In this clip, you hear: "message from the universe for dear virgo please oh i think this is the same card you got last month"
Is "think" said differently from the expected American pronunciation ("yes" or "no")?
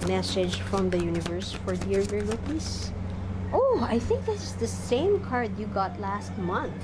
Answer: no